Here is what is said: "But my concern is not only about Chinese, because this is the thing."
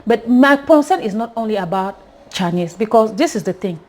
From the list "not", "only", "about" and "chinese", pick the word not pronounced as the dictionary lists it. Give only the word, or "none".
chinese